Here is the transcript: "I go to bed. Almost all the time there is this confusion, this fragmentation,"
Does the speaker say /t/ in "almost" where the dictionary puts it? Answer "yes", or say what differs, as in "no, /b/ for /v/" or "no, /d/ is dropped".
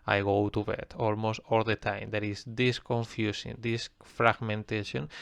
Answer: yes